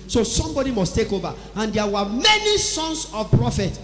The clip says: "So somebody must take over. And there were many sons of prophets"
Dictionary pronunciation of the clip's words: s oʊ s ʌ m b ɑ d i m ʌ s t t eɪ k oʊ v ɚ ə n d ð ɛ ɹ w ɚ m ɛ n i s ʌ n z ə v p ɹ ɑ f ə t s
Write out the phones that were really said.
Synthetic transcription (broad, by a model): s oʊ s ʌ m b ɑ d i m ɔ s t t eɪ k oʊ v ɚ ə n d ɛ w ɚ m ɛ n i s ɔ n s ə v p ɹ ɑ f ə t